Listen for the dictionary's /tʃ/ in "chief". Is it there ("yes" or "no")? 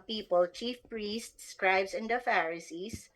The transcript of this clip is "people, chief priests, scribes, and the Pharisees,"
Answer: yes